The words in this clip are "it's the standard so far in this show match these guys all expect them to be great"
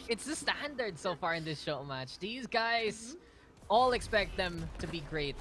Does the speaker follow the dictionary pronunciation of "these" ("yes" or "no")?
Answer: yes